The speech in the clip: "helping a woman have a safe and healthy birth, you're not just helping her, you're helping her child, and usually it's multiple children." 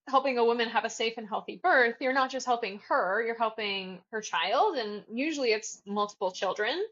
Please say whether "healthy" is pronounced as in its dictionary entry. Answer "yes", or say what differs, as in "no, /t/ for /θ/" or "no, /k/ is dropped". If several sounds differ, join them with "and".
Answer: yes